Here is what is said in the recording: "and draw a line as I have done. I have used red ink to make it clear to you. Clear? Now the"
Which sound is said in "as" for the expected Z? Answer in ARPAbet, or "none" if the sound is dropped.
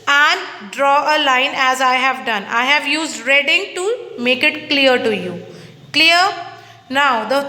Z